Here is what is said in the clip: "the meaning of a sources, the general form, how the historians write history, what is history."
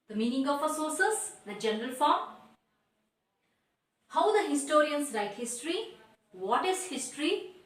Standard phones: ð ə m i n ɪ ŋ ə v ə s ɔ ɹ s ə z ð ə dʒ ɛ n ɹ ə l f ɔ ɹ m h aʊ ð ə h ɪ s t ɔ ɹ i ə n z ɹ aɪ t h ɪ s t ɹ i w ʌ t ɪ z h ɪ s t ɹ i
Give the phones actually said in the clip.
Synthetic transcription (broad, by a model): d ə m i n ɪ ŋ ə f ə s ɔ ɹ s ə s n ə dʒ ɛ n ɹ ə l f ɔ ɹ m h aʊ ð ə h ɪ s t ɔ ɹ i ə n s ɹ aɪ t h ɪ s t ɹ i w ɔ t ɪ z h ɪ s t ɹ i